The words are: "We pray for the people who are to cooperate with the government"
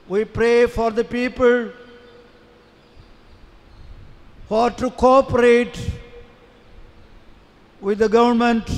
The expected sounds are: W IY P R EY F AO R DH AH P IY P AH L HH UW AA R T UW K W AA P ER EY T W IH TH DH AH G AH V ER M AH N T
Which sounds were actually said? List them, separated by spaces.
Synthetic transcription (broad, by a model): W IY P R EY F AO R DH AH P IY P AH L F AA R T UW K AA P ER EY T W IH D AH G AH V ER M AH N T